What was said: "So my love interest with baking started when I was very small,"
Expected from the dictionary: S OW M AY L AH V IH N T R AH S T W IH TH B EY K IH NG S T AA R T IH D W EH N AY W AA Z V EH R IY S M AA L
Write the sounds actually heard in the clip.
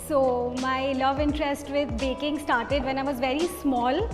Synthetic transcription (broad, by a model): S OW M AY L AH V IH N T R AH S T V IH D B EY K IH NG S T AA R T IH D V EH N AY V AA Z V EH R IY S M AA L